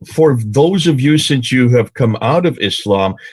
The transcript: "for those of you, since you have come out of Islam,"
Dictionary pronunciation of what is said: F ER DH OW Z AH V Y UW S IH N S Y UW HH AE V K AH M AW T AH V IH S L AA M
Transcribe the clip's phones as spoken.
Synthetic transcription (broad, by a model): F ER DH OW Z AH V Y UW S IH N S Y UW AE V K AH M AW T AH V IH S L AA M